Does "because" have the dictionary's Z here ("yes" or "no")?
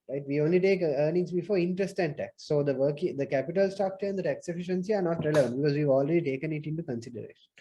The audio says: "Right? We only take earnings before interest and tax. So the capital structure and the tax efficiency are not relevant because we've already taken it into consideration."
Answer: yes